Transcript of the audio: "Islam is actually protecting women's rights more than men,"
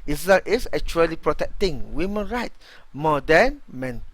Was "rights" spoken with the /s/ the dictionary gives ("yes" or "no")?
no